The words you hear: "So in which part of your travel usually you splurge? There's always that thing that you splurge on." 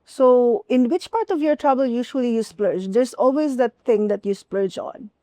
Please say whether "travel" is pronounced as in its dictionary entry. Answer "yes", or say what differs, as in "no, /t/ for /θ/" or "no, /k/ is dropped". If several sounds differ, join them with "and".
no, /b/ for /v/